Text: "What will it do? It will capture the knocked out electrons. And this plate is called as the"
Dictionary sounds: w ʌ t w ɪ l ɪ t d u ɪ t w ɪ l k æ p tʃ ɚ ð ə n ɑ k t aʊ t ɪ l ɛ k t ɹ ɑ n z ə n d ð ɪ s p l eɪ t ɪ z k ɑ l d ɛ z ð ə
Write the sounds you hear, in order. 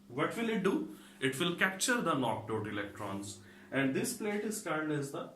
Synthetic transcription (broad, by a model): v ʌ t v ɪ l ɪ t d u ɪ t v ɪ l k æ p tʃ ɚ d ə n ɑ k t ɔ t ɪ l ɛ k t ɹ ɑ n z ə n d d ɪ s p l eɪ t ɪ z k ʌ n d ɛ z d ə